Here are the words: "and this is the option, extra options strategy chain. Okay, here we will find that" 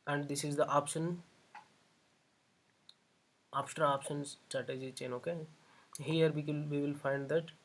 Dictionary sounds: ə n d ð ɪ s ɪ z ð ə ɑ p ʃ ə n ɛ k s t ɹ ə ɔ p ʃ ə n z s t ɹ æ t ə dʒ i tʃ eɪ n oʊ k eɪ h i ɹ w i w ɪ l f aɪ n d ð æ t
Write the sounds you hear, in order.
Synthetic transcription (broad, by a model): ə n d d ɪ s ɪ z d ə ɑ p ʃ ə n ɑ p s t ɹ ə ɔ p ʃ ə n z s t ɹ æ t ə dʒ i tʃ eɪ n oʊ k eɪ h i ɹ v i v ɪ l f aɪ n d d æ t